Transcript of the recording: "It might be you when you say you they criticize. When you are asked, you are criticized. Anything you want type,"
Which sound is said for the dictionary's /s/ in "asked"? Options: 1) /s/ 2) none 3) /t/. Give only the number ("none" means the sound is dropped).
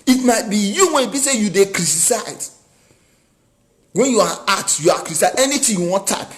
2